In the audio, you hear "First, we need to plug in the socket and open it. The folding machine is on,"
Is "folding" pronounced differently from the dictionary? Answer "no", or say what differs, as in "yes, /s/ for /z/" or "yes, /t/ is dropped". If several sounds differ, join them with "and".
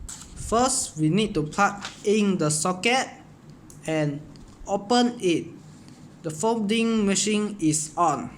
yes, /l/ is dropped